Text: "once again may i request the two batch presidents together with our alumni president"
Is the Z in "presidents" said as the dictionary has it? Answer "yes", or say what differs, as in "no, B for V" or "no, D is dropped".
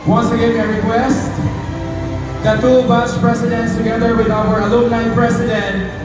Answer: no, S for Z